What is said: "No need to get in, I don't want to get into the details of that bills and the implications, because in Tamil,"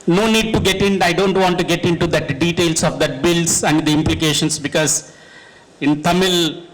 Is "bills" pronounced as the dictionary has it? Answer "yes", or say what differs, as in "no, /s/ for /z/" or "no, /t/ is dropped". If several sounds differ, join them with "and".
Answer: no, /s/ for /z/